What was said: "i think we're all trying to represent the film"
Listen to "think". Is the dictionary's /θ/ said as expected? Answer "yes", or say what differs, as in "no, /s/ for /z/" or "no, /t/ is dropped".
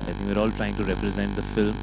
no, /t/ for /θ/